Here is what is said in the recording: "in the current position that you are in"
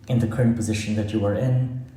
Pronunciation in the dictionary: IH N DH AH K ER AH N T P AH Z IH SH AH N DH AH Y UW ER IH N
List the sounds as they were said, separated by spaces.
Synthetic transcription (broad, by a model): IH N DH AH K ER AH N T P AH Z IH SH AH N DH AH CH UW ER IH N